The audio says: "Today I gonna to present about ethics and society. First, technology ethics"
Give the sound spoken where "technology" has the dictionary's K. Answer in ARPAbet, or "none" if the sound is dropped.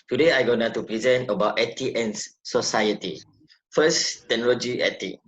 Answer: none